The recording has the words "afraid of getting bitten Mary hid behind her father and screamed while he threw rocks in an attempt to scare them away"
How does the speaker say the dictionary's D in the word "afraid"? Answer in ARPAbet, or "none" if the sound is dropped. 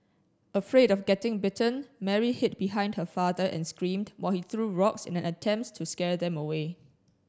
D